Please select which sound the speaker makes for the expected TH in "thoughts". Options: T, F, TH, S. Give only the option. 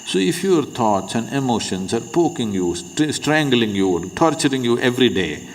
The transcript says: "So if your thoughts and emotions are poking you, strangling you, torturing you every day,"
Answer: T